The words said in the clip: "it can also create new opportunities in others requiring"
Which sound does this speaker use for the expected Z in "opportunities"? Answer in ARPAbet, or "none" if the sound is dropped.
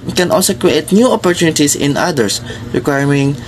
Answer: S